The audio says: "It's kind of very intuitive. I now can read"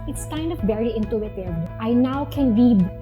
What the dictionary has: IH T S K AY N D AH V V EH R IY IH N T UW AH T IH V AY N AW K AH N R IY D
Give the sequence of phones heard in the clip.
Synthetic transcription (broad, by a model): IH T S K AY N D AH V B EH R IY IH N T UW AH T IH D AY N AW K AH N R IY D